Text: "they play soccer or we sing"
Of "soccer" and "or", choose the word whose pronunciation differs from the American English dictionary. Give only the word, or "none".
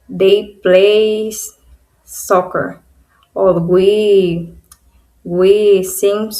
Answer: or